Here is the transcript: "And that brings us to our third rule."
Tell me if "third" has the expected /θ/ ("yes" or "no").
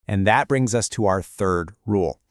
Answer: yes